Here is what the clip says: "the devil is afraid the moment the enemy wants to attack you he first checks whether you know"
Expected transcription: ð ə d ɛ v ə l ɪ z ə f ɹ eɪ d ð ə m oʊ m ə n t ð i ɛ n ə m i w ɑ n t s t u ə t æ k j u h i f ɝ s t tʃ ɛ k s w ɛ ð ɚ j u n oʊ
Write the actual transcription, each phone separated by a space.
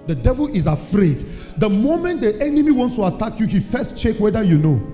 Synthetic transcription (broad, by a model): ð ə d ɛ v ə l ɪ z ə f ɹ eɪ d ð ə m oʊ m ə n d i ɛ n ə m i w ɑ n t s t u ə t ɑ k j u h i f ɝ s t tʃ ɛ k w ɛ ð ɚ j u n oʊ